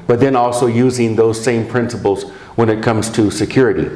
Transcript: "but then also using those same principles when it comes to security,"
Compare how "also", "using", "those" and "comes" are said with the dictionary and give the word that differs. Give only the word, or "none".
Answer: none